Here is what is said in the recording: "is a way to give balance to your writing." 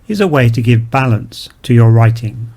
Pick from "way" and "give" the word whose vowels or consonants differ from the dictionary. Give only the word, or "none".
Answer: none